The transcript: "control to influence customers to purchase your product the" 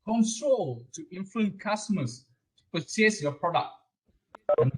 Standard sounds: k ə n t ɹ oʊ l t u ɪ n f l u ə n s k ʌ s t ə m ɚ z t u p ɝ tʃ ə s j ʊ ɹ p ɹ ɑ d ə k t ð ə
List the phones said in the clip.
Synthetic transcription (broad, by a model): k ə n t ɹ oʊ l t u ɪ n f l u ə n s k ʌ s t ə m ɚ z t u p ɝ s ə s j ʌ p ɹ ɑ d ə k t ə